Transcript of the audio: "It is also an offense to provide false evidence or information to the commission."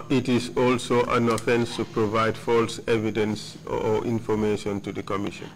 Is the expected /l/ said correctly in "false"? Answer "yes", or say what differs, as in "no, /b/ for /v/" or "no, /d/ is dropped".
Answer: yes